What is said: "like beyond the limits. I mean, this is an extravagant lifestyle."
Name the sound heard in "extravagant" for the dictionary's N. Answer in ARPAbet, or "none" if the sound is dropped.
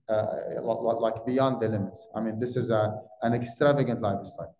N